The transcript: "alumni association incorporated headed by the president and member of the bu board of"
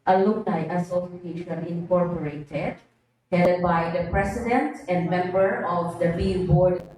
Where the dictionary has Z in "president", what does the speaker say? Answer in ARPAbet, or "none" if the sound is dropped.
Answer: S